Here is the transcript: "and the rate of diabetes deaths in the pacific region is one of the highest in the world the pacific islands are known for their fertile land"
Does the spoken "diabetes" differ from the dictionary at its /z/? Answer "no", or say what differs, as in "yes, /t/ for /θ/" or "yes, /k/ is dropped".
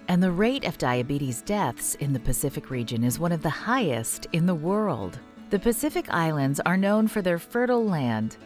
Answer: no